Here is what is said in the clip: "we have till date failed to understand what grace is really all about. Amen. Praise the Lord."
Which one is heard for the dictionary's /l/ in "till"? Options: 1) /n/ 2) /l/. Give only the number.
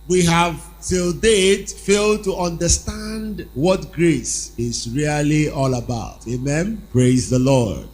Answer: 2